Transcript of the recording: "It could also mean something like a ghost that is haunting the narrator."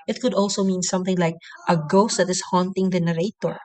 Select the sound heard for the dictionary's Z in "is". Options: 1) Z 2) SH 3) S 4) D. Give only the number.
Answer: 3